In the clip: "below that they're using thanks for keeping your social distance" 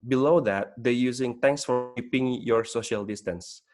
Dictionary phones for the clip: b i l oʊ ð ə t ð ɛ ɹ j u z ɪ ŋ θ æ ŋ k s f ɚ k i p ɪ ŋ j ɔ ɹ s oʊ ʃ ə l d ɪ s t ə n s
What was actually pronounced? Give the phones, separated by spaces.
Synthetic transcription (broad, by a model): b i l oʊ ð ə t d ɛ j u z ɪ ŋ t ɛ ŋ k s f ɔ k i p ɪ ŋ j ɔ ɹ s oʊ ʃ ə l d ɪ s t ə n s